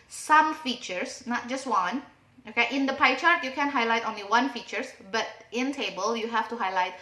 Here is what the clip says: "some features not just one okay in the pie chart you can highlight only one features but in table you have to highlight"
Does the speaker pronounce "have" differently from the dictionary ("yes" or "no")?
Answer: yes